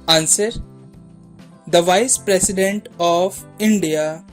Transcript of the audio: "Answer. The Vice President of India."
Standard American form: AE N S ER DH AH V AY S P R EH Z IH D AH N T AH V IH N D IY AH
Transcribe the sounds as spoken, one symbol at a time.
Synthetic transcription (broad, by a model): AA N S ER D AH V AY S P R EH S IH D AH N T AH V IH N D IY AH